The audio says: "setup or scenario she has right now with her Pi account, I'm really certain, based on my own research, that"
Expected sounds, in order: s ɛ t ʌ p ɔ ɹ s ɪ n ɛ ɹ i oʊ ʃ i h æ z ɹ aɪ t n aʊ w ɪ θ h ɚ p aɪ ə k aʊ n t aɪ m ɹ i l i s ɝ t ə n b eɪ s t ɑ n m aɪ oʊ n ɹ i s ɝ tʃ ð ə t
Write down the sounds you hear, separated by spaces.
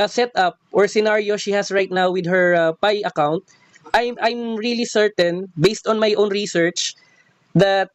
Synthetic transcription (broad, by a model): s ɛ t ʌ p ɔ ɹ s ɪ n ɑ ɹ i oʊ ʃ i h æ s ɹ aɪ t n aʊ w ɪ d h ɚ p aɪ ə k aʊ n t aɪ m ɹ i l i s ɝ t ə n b eɪ s t ɑ n m aɪ oʊ n ɹ i s ɝ tʃ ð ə t